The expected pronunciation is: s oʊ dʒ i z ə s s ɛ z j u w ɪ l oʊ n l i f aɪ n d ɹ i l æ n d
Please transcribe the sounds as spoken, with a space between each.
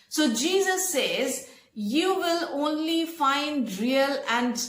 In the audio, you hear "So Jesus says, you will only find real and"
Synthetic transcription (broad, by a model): s oʊ dʒ i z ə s s ɛ z j u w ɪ l oʊ n l i f aɪ n d ɹ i l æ n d